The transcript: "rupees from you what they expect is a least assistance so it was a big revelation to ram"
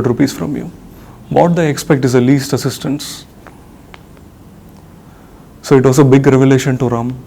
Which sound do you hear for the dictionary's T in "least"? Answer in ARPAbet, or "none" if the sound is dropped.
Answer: T